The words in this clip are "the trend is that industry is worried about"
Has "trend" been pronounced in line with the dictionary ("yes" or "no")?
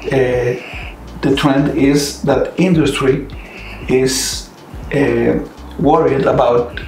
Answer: yes